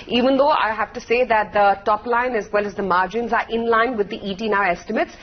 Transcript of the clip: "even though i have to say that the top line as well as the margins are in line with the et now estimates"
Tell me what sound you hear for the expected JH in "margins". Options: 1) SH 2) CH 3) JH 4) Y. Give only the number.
3